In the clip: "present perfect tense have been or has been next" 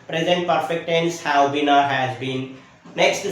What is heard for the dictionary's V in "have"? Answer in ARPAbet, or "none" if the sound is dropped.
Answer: W